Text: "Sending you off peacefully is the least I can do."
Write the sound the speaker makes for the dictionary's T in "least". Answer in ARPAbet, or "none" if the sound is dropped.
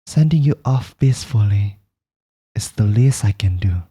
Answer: none